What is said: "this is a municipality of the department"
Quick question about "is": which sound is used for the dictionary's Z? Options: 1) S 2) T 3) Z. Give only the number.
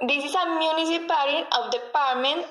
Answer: 1